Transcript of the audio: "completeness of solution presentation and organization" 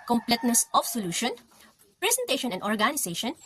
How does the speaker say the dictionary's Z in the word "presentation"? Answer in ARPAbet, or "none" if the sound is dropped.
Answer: S